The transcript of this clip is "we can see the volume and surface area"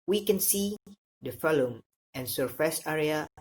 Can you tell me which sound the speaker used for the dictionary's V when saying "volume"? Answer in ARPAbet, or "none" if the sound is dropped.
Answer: F